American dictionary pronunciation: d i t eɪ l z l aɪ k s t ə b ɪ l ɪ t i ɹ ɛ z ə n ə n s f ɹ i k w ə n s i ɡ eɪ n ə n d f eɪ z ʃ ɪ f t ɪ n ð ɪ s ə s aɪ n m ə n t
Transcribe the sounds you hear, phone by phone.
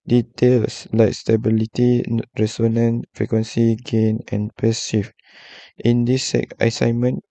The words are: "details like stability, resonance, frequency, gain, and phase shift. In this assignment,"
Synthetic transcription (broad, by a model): d i t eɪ l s l aɪ k s t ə b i l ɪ t i ɹ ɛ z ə n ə n f ɹ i k w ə n s i ɡ eɪ n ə n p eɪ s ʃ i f t ɪ n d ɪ s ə s aɪ n m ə n